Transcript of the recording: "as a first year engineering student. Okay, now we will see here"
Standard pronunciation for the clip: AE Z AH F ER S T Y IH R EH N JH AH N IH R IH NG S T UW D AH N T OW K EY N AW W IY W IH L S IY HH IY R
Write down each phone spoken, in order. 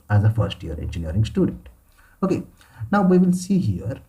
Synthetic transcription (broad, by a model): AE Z AH F ER S T Y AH R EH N JH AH N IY R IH NG S T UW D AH N T OW K EY N AW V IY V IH L S IY HH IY R